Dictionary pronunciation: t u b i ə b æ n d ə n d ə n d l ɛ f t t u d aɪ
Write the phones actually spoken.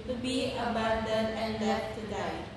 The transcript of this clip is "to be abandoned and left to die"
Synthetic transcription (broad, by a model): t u b i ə b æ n d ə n ə n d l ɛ t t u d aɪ